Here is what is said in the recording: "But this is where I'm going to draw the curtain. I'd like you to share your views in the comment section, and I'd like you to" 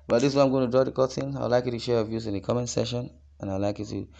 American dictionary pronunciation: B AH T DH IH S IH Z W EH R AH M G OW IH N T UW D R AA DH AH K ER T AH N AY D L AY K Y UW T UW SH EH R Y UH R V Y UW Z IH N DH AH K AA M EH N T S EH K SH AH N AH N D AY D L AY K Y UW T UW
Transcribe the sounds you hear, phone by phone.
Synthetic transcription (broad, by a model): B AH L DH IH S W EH AH M G OW IH N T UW D R AA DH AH K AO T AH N AY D L AY K Y UW T UW SH EH R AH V Y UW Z IH N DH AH K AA M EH N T S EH SH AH N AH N AY L AY K Y UW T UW